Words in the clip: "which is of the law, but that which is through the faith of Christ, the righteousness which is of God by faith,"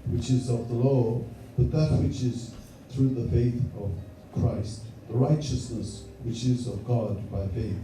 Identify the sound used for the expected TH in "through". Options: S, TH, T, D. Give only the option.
TH